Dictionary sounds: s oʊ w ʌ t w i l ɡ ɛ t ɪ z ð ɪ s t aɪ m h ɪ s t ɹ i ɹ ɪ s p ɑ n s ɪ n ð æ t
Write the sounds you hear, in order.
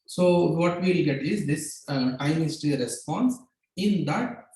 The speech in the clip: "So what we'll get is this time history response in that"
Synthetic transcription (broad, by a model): s oʊ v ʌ t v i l ɡ ɛ t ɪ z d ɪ s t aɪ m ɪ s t i ɹ ɪ s p ɑ n s ɪ n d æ t